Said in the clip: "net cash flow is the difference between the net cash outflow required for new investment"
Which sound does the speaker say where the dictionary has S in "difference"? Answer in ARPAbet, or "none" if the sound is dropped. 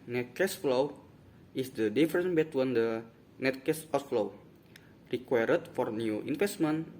none